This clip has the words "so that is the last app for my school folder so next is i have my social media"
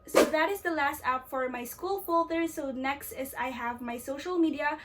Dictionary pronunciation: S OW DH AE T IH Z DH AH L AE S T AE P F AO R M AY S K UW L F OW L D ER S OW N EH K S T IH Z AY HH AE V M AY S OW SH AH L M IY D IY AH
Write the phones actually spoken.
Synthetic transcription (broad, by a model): S OW DH AE T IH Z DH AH L AE S T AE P F AO R M AY S K UW L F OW L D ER S OW N EH K S T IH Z AY HH AE V M AY S OW SH AH L M IY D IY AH